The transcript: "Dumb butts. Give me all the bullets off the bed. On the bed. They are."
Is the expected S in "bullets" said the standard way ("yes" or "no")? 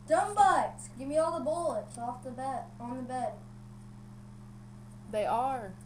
no